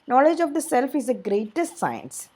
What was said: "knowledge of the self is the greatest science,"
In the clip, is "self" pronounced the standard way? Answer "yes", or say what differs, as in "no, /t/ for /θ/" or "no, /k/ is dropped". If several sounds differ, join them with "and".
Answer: yes